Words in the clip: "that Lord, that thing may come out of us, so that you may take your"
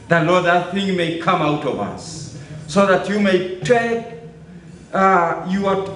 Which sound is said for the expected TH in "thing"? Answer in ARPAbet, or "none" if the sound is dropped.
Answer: TH